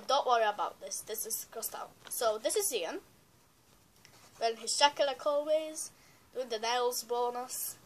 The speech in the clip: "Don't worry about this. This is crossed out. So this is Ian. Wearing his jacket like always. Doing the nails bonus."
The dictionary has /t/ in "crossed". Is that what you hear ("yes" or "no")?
yes